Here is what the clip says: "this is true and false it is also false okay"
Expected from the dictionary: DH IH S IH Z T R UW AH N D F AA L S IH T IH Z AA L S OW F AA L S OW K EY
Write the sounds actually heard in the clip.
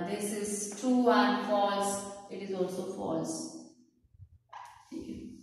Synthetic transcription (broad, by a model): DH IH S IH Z T UW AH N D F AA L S IH T IH Z AA L S OW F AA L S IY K